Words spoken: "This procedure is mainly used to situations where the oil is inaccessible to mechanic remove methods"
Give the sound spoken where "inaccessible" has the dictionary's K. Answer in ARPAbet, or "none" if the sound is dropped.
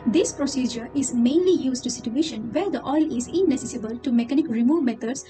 none